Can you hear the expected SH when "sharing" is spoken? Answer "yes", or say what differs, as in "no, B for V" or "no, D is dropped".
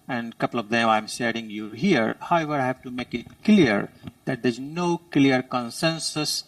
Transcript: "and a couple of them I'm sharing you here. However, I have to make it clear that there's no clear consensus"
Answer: no, S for SH